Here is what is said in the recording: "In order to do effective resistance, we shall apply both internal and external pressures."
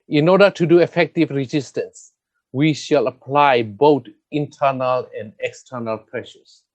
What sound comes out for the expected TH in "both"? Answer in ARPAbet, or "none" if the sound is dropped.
T